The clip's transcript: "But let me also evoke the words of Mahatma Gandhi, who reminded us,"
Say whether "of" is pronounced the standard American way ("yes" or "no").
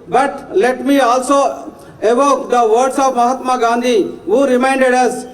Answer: no